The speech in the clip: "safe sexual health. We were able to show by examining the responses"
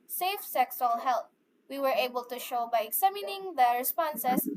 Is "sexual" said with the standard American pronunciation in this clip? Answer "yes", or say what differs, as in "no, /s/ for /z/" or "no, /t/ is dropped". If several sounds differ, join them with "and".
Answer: no, /s/ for /ʃ/